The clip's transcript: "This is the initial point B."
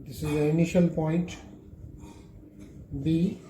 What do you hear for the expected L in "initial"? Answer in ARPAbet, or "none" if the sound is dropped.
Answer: L